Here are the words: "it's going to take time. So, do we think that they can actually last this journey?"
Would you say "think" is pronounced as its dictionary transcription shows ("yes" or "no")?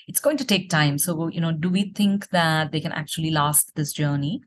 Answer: no